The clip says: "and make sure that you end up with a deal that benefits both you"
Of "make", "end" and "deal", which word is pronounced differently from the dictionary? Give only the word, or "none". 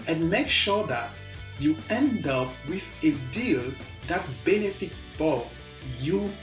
none